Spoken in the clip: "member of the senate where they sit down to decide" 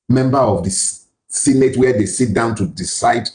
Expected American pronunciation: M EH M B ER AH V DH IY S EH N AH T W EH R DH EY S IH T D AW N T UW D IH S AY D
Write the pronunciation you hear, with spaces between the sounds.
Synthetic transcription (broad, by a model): M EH M B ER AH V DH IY S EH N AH T W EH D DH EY S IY T D AW N T UW D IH S AY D